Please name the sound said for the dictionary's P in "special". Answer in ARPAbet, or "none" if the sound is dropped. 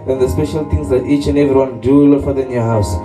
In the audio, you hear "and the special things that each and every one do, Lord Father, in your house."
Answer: P